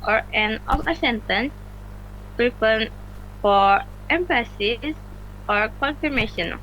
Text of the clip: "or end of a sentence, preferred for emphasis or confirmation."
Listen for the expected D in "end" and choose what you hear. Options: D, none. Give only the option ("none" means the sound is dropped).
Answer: none